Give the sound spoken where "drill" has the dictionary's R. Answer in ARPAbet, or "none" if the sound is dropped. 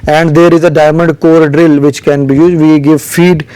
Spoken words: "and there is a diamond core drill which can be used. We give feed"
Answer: R